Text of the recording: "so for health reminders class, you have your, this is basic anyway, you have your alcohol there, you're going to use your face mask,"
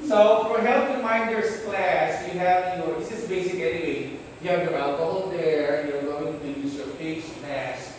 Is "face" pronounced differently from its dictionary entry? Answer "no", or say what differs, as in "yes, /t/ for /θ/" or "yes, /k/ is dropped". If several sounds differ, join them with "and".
yes, /p/ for /f/